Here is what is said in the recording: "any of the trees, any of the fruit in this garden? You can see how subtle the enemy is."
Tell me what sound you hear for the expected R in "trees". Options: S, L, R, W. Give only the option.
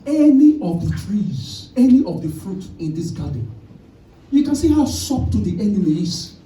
R